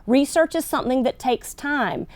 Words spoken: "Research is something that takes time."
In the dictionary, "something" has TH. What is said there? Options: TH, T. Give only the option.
TH